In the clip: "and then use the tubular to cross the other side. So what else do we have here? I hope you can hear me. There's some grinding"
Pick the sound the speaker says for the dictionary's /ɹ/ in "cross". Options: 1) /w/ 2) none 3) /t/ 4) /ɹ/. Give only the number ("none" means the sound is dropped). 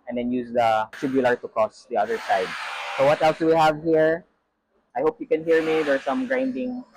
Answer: 2